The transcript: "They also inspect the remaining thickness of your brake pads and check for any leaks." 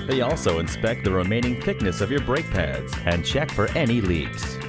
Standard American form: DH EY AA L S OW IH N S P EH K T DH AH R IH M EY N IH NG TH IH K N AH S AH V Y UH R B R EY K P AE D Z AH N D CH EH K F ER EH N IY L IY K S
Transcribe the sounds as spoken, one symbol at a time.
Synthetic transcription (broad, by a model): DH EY AA L S OW IH N S P EH K T DH AH R IH M EY N IH NG TH IH K N AH S AH V Y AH R B R EY K P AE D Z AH N CH EH K F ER EH N IY L IY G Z